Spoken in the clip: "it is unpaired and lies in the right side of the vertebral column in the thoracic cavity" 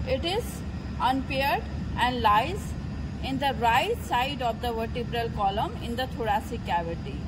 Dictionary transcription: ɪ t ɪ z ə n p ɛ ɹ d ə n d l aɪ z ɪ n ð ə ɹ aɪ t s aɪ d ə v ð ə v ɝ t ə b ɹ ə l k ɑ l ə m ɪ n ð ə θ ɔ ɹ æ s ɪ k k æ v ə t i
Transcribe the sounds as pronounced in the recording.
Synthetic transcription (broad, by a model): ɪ t ɪ z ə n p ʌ ɹ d ə n d l aɪ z ɪ n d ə ɹ aɪ t s aɪ d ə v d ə v ɝ t ə b ɹ ə l k ɑ l ə m ɪ n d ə t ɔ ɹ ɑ s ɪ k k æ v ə t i